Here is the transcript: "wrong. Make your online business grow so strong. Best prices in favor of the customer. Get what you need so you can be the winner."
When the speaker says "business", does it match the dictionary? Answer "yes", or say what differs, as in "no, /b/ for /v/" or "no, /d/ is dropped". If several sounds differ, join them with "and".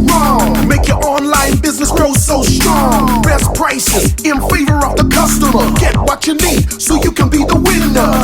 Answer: yes